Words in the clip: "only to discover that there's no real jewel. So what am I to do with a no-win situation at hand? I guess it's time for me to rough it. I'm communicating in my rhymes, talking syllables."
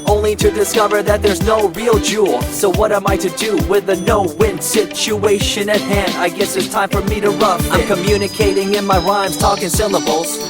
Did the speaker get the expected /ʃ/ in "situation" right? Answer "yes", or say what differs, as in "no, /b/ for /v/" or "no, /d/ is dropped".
yes